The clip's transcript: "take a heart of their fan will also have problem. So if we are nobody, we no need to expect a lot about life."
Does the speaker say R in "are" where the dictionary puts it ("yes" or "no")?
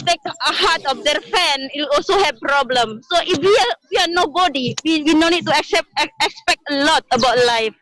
no